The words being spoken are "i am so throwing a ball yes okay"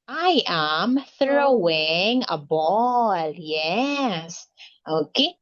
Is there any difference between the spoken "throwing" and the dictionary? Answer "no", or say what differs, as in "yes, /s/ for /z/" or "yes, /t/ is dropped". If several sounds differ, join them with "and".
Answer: no